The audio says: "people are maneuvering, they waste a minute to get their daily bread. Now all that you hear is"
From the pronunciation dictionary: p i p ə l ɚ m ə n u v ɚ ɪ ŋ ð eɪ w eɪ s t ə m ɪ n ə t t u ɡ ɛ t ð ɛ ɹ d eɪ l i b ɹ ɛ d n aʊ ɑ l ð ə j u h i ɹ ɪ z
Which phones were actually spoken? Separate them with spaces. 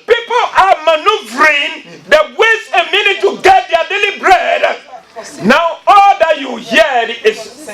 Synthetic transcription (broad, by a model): p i p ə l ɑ m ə n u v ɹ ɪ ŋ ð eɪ w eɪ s ə m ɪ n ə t t u ɡ ɛ t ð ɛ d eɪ l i b ɹ ɛ d n aʊ ɑ l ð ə j u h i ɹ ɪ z